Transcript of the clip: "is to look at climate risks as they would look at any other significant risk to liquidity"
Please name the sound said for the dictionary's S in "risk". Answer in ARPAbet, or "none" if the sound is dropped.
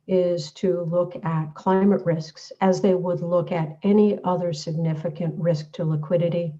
S